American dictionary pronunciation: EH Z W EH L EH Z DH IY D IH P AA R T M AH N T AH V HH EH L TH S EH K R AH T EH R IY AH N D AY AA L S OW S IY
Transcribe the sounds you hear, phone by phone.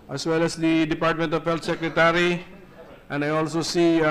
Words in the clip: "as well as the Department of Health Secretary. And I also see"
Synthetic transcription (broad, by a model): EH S W EH L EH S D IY D IH P AA R T M AH N T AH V HH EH L T S EH K R AH T EH R IY AH N D AY AA L S OW S IY